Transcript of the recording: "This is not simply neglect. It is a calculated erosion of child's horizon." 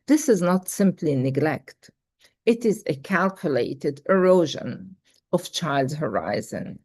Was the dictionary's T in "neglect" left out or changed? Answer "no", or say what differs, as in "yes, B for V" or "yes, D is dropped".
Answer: no